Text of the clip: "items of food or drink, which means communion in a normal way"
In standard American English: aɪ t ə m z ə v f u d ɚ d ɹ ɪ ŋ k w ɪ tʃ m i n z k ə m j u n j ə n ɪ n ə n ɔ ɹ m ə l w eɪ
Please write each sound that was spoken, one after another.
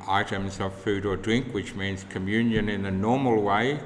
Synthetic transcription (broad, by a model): aɪ t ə m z ə v f u d ɚ d ɹ ɪ ŋ k w ɪ tʃ m i n z k ə m j u n j ə n ɪ n ə n ɔ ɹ m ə l w eɪ